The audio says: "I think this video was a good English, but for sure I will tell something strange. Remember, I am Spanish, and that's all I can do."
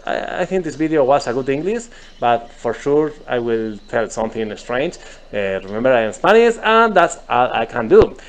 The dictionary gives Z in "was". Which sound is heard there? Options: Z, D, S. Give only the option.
S